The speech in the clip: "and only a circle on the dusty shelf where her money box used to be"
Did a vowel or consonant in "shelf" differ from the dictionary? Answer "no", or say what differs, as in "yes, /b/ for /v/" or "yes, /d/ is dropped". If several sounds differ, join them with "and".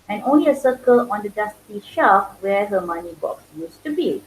yes, /l/ is dropped